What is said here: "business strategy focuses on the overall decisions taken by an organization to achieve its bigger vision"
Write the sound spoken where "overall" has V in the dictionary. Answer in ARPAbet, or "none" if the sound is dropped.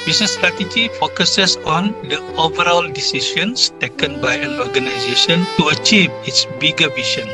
V